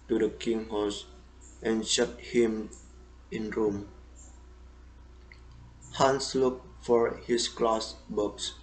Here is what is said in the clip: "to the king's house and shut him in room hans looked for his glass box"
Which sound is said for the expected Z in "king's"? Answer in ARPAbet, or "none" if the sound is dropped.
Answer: none